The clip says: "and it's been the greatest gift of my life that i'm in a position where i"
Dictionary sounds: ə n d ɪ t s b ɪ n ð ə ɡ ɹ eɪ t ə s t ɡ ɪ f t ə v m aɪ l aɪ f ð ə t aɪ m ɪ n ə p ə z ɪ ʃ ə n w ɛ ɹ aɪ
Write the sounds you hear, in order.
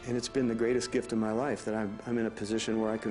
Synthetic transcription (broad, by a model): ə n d ɪ t s b ɪ n ð ə ɡ ɹ eɪ t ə s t ɡ ɪ f t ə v m aɪ l aɪ f ð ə t aɪ m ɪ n ə p ə z ɪ ʃ ə n w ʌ ɹ aɪ